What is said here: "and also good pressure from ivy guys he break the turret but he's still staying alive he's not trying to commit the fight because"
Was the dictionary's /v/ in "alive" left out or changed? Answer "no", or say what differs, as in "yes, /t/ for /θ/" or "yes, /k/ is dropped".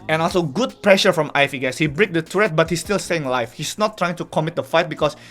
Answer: yes, /f/ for /v/